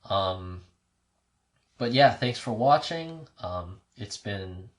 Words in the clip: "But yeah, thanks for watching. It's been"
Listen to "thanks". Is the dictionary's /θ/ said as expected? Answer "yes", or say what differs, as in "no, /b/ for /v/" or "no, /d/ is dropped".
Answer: yes